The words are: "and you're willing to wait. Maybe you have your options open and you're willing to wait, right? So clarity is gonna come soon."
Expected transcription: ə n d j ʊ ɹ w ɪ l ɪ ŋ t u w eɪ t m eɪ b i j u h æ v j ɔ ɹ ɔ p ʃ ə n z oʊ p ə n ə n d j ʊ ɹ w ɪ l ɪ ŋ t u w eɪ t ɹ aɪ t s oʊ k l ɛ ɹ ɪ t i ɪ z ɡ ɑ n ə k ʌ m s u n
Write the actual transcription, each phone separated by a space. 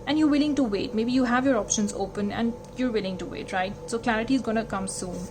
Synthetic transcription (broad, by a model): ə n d j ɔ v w ɪ l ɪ ŋ t u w eɪ t m eɪ b i j u h æ v j ɔ ɹ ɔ p ʃ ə n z oʊ p ə n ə n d j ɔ ɹ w ɪ l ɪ ŋ t u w eɪ t ɹ aɪ t s oʊ k l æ ɹ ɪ t i ɪ z ɡ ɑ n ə k ʌ m s u n